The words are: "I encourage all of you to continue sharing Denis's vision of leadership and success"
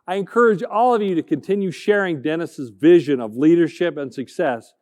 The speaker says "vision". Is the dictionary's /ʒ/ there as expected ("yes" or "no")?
yes